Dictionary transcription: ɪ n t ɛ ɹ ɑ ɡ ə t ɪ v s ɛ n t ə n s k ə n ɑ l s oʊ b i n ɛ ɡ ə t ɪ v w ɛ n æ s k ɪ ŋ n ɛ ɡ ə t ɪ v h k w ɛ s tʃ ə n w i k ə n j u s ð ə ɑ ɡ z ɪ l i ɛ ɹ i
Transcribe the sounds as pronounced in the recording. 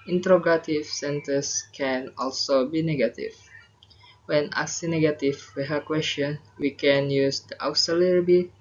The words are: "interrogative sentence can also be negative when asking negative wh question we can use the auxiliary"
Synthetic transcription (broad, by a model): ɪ n t ɹ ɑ ɡ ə t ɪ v s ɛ n t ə s k ə n ɑ l s oʊ b i n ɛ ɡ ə t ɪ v w ɛ n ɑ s ɪ n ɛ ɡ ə t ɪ w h k w ɛ s tʃ ə n w i k ə n j u s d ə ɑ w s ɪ l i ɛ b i